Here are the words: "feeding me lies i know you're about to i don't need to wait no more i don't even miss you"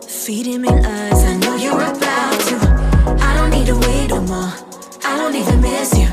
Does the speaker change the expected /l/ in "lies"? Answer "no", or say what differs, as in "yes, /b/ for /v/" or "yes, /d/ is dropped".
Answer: yes, /n/ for /l/